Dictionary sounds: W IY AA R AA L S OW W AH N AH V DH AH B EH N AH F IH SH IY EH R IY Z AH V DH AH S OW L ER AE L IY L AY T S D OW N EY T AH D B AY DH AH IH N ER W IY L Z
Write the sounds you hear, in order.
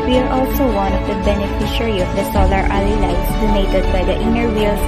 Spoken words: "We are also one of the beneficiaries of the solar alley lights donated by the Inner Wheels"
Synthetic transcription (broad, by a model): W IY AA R AA L S OW W AH N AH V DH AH B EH N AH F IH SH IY R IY AH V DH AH S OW L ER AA L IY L AY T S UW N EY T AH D B AY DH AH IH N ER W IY L